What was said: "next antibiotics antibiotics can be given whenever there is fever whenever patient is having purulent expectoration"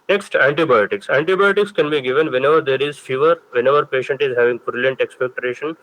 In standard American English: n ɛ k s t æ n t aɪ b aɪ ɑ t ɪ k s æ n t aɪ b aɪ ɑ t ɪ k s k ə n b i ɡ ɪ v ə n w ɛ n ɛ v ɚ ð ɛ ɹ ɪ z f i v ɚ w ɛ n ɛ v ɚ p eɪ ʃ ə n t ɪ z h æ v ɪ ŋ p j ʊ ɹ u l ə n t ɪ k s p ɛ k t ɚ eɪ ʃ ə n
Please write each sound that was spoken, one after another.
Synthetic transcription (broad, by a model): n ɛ k s t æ n t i b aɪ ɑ t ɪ k s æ n t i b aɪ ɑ t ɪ k s k ə n b i ɡ ɪ v ə n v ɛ n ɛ v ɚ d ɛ ɹ ɪ z f i v ɚ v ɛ n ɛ v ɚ p eɪ ʃ ə n t ɪ z h æ v ɪ ŋ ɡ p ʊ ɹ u l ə n t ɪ k s p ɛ k t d eɪ ʃ ə n